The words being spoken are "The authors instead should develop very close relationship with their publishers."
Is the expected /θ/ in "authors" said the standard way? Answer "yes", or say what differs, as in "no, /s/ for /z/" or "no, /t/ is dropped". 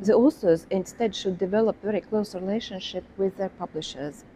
no, /s/ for /θ/